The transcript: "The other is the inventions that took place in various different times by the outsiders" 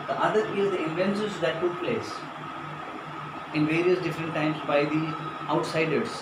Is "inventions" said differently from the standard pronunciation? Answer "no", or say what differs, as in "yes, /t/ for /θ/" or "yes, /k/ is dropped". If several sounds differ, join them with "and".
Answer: yes, /s/ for /ʃ/